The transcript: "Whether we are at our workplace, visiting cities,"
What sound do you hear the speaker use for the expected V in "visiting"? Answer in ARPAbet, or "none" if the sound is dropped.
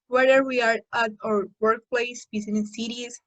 B